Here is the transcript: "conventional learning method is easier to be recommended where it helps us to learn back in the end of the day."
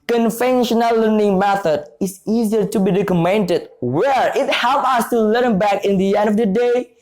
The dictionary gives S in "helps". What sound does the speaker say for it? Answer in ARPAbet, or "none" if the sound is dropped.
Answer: none